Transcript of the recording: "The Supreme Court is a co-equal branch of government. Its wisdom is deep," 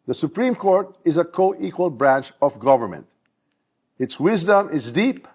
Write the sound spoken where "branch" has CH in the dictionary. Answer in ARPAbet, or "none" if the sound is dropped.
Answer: CH